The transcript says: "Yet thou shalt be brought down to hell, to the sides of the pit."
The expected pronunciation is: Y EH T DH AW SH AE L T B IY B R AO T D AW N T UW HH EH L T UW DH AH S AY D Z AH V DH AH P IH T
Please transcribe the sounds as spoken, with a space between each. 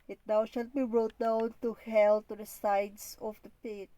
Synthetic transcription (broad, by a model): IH T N AW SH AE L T B IY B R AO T D AW N T UW HH EH L T UW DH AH S AY D S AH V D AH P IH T